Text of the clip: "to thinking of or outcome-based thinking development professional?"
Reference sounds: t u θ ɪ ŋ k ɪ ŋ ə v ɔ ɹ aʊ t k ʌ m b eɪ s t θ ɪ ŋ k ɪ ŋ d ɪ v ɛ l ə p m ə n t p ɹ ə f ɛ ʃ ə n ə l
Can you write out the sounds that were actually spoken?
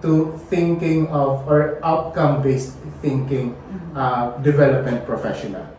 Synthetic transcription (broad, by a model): t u θ ɪ ŋ k ɪ ŋ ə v ɔ ɹ aʊ t k ʌ m b eɪ s t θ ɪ ŋ k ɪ ŋ d ɪ v ɛ l ə p m ə n t p ɹ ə f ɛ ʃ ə n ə l